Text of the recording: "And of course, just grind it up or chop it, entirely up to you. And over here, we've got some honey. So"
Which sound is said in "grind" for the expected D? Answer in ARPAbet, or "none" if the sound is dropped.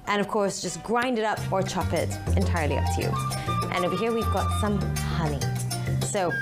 D